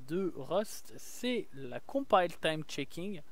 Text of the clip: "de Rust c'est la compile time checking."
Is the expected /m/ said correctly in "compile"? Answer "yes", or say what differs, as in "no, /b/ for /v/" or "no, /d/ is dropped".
no, /m/ is dropped